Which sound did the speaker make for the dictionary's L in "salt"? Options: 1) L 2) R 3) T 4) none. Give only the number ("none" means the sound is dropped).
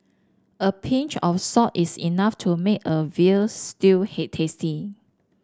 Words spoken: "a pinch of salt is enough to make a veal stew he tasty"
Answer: 4